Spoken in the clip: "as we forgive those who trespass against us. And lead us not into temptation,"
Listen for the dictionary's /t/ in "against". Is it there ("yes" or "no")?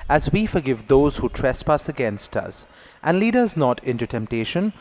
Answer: yes